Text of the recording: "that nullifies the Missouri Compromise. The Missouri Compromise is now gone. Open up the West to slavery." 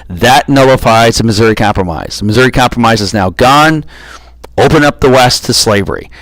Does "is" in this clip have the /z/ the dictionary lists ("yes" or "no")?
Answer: yes